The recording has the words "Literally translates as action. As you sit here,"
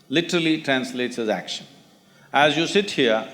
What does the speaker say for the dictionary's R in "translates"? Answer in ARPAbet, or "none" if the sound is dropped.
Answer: R